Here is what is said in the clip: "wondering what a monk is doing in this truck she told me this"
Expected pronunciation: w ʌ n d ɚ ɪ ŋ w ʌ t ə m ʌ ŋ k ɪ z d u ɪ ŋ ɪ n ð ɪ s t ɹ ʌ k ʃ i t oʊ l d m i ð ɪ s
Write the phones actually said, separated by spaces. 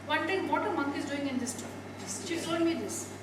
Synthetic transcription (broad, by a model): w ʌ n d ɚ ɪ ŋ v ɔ t ə m ʌ ŋ k ɪ z d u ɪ ŋ ɪ n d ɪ s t ʌ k ʃ i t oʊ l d m i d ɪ s